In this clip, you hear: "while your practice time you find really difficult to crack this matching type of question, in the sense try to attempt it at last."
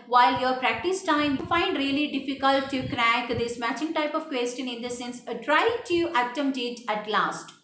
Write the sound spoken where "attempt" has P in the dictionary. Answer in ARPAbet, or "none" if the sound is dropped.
none